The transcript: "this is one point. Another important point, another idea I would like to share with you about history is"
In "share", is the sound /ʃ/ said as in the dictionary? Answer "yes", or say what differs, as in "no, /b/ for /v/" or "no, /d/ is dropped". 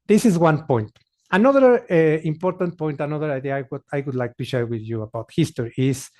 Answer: yes